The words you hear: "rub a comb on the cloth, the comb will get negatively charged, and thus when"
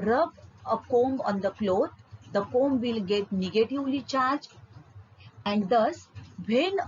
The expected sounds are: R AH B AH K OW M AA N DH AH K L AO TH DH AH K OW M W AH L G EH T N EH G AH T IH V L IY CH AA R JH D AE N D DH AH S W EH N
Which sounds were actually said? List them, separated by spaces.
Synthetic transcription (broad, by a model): R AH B AH K OW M AA N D AH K L AO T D AH K OW M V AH L G EH T N EH G AH T IH V L IY CH AA R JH AE N D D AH S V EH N